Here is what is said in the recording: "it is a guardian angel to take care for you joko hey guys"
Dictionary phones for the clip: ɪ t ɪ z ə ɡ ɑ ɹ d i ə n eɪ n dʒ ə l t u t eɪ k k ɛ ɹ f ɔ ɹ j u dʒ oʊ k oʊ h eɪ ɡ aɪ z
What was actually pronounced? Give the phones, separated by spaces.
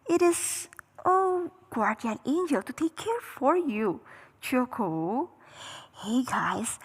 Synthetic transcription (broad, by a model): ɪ t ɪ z ə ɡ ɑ ɹ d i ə n eɪ n dʒ ə l t u t eɪ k k ɛ ɹ f ɔ ɹ j u tʃ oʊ k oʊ h eɪ ɡ aɪ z